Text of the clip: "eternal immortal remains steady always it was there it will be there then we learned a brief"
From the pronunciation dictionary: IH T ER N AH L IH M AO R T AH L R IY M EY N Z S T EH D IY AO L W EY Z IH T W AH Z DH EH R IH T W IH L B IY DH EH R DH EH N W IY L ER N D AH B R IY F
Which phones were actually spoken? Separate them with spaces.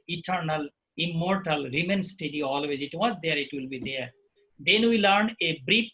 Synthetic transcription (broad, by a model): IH T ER N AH L IH M AO R T AH L R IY M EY N S T EH D IY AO L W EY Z IH T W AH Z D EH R IH T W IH L B IY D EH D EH N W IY L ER N AH B R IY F